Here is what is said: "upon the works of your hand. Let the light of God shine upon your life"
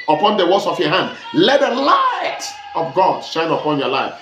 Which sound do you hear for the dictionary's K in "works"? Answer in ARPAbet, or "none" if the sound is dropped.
none